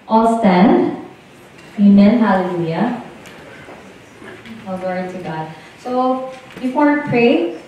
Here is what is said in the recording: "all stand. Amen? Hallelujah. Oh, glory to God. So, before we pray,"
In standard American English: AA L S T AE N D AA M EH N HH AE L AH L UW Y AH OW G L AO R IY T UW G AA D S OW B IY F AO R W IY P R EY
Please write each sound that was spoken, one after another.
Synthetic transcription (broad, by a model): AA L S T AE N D AA M EH N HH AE L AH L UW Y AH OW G AO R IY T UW G AA D S OW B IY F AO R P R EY